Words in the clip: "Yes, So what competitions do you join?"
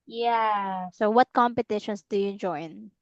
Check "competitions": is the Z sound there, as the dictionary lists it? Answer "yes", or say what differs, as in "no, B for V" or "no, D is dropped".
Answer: no, S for Z